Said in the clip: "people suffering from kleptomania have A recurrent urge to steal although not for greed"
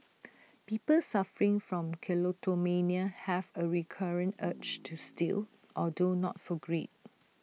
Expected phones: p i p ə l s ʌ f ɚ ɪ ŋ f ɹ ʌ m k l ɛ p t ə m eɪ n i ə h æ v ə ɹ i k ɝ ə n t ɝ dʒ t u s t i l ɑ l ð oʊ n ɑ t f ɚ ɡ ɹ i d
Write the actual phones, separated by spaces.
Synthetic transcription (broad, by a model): p i p ə l s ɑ f ɚ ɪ ŋ f ɹ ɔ m k l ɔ t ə m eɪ n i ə h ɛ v ə ɹ i k ɝ ə n t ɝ tʃ t u s t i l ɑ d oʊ n ɑ t f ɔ ɡ ɹ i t